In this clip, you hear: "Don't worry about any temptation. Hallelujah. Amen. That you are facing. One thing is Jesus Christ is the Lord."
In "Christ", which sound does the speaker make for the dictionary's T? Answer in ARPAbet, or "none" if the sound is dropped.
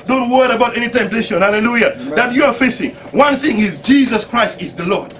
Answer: T